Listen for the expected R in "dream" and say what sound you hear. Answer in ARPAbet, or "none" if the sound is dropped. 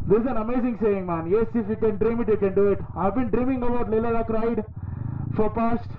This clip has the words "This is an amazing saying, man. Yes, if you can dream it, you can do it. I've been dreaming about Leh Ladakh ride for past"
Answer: R